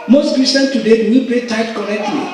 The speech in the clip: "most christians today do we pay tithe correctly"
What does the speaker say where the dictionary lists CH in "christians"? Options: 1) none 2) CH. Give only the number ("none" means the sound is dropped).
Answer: 1